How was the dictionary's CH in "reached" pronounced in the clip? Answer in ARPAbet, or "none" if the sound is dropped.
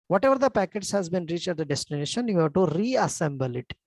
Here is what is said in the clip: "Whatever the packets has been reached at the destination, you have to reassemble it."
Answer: CH